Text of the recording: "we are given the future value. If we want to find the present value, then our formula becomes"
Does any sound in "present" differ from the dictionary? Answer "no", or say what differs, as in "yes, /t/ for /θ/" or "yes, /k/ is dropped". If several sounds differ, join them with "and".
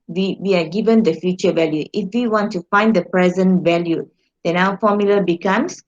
no